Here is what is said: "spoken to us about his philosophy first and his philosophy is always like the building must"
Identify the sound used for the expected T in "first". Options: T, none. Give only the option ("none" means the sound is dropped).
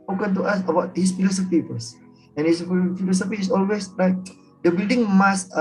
none